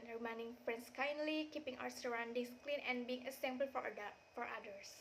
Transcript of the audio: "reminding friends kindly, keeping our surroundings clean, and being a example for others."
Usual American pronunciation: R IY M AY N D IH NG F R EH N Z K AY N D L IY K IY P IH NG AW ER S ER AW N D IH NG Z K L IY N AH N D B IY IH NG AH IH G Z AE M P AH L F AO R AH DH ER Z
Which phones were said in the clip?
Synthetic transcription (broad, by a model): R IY M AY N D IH NG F R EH N S K AY N D L IY K IY P IH NG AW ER S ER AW N D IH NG S K L IY N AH N B IY IH NG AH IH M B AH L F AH F AO R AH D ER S